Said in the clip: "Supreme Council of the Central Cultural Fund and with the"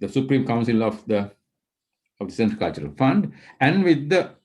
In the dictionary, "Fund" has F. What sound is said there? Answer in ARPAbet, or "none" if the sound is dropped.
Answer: F